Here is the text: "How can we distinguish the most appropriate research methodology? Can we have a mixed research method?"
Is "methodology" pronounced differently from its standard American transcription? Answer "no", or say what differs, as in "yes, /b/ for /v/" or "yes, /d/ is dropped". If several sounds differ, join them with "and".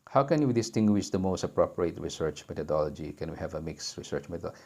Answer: yes, /t/ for /θ/